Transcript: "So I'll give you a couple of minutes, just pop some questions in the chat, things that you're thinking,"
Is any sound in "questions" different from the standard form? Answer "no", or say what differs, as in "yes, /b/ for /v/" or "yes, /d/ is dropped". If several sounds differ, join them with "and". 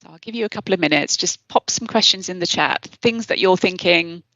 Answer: no